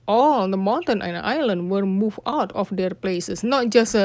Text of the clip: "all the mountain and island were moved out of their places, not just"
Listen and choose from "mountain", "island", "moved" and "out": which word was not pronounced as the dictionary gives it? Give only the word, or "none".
moved